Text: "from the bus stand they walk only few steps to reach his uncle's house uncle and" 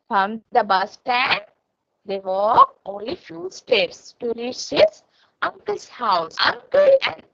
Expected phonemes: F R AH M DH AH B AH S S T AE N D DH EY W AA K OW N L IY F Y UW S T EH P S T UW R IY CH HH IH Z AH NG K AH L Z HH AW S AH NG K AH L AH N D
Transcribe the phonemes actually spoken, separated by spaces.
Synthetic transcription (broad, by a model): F R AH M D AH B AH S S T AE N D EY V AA OW N L IY F Y UW S T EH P S T UW R IY CH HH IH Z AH NG K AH L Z HH AW S AH NG K AH L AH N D